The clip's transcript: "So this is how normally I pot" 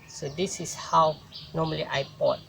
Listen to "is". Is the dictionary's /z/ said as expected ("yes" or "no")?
no